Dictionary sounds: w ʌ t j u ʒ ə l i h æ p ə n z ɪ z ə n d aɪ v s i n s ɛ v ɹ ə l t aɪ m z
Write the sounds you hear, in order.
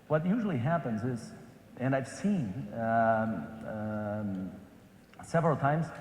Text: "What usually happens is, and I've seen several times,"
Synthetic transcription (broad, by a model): w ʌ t j u ʒ l i h æ p ə n z ɪ z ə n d aɪ v s i n s ɛ v ɹ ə l t aɪ m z